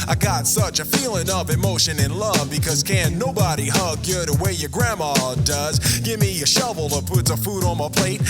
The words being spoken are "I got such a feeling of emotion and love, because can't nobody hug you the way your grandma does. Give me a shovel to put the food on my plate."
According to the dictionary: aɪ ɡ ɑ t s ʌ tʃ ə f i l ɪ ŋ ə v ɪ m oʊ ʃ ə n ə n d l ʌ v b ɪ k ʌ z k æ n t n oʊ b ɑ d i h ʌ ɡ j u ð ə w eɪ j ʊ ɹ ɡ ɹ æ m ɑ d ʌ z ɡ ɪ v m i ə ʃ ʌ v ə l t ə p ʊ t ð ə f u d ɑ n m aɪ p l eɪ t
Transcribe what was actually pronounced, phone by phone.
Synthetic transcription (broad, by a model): aɪ ɡ ɑ t s ʌ tʃ ə f i l ɪ ŋ ə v ɪ m oʊ ʃ ə n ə n l ʌ v b ɪ k ʌ z k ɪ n n oʊ b ɑ d i h ʌ ɡ j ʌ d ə w eɪ j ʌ ɹ ɡ ɹ æ m ɑ d ʌ z ɡ ɪ v m i ə ʃ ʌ v l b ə p ʊ t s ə f u d n m aɪ p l eɪ t